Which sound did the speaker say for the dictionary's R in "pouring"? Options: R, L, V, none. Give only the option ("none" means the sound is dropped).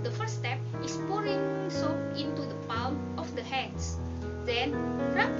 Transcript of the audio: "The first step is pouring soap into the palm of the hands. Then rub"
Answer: R